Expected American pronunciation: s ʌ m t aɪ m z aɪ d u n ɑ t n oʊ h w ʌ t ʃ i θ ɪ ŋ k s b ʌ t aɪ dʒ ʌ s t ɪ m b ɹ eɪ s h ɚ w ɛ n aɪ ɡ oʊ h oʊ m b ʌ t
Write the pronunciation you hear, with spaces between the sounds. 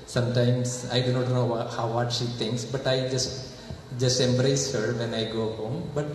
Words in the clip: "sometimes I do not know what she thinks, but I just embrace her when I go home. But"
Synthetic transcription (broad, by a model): s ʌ m t aɪ m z aɪ d u n ɑ t n oʊ h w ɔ t ʃ i t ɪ ŋ k s b ʌ t aɪ dʒ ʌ s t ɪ m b ɹ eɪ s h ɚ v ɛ n aɪ ɡ oʊ h oʊ m b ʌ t